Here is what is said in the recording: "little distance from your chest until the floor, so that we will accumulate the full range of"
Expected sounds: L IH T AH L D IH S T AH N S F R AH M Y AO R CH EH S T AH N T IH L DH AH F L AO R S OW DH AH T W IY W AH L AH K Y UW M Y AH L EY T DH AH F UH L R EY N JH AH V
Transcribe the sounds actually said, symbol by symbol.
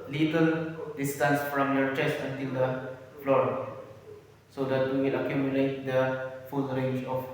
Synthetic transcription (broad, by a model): L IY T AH L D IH S T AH N S F R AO M Y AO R CH EH S T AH N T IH L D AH F L AO R S OW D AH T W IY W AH L AH K Y UW M Y AH L EY T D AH F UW L R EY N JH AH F